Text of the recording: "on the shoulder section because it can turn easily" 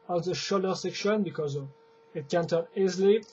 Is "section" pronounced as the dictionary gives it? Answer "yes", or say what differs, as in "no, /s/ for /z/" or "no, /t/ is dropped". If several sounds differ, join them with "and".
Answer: yes